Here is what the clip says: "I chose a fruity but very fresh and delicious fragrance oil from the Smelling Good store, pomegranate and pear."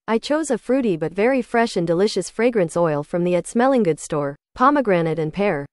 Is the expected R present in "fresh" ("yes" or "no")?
yes